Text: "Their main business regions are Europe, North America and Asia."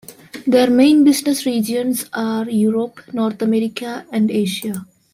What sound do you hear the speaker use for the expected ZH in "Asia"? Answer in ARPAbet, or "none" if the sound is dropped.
SH